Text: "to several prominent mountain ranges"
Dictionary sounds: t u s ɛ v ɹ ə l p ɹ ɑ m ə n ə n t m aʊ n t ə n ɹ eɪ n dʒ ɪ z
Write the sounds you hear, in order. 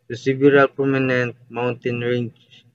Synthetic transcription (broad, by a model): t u s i b ɹ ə l p ɹ ɑ m ə n ə n t m aʊ n t ə n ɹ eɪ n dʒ